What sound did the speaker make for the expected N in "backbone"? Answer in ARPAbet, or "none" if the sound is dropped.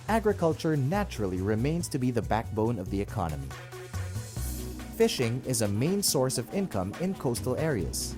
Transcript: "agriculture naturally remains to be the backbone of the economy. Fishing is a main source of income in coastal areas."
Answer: N